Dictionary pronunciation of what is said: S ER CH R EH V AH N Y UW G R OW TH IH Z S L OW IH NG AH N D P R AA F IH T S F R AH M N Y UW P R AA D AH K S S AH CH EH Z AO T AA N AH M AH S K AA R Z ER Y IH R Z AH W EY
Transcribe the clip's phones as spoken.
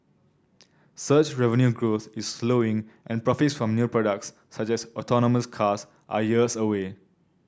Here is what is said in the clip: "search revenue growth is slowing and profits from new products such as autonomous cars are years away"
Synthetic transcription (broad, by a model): S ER CH R EH V AH N Y UW G R OW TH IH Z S L OW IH NG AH N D P R AA F IH T S F R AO M N Y UW P R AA D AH K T S AH CH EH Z AO T AA N AH M AH S K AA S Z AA Y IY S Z AH W EY